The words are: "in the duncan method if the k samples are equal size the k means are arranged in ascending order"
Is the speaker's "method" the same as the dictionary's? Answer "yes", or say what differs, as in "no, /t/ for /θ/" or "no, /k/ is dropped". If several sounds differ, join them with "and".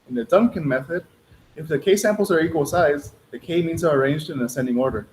yes